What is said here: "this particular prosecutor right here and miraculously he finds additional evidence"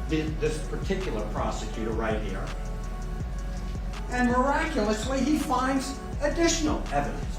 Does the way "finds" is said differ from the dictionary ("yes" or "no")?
no